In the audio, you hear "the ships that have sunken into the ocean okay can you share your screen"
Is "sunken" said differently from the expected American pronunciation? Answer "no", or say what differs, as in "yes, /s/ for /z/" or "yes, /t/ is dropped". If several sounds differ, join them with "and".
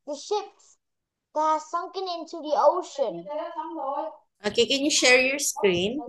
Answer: no